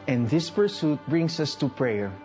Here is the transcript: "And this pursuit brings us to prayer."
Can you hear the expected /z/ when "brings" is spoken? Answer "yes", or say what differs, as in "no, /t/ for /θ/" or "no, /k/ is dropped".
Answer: no, /s/ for /z/